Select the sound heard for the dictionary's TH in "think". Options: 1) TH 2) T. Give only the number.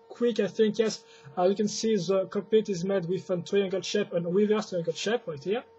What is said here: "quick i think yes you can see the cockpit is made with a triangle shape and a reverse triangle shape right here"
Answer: 1